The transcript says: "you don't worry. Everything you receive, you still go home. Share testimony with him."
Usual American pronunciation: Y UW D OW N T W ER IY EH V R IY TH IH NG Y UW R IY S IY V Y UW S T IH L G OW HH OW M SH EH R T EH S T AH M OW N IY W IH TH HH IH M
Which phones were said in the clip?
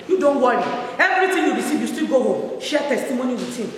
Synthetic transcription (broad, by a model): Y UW D OW N T W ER IY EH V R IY T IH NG Y UW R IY S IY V Y UW S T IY G OW HH OW M SH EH T EH S T AH M OW N IY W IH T HH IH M